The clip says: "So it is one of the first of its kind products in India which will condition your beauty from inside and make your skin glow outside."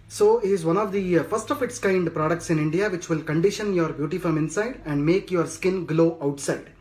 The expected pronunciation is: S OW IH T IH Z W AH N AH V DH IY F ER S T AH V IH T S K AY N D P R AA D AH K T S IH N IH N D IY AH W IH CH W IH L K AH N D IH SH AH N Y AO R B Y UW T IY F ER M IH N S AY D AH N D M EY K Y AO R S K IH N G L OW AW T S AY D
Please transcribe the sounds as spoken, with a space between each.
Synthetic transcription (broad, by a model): S OW IH T IH Z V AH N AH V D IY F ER S T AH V IH T S K AY N D P R AA D AH K T S IH N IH N D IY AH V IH CH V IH L K AH N D IH SH AH N Y AO R B Y UW T IY F ER M IH N S AY D AH N D M EY K Y AO R S K IH N G L OW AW T S AY D